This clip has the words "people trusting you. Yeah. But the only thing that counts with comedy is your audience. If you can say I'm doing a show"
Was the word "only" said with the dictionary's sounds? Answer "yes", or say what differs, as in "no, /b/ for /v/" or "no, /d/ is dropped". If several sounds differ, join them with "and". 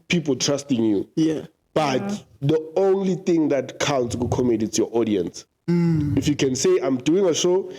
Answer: yes